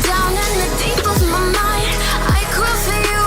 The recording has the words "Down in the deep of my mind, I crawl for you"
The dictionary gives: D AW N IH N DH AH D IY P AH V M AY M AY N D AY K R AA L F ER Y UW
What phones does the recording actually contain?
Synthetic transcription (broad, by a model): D AW N IH N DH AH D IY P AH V M AY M AY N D AY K IH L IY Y